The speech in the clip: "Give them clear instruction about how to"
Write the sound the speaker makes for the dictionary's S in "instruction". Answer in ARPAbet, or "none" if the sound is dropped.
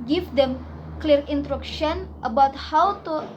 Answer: none